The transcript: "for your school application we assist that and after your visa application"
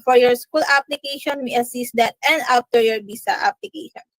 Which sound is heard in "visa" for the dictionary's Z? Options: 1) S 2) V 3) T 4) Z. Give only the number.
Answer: 1